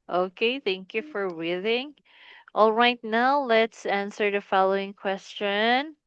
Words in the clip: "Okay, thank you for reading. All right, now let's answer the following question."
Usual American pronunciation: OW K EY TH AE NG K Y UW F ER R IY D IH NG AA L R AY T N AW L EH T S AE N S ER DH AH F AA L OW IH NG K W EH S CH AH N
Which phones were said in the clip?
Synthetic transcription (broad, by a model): OW K EY TH AE NG K Y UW F ER W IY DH IH NG AA L R AY T N AW L EH T S AE N S ER DH AH F AA L OW IH NG K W EH S CH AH N